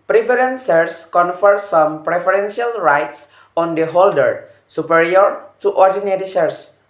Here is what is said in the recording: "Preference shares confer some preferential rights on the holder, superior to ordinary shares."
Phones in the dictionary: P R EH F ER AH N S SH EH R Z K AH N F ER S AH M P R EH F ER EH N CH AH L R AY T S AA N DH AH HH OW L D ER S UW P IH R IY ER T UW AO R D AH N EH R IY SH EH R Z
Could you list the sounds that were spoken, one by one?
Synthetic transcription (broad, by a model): P R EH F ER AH N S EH R S K AH N F ER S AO M P R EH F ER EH N S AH L R AY T S AA N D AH HH OW L D ER S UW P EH R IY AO T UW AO R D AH N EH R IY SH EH R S